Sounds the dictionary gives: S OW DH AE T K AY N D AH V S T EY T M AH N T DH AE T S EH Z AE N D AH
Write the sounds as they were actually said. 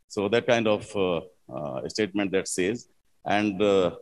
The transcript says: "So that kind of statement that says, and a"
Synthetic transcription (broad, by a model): S OW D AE T K AY N D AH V S T EY T M AH N T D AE T S EH Z AE N D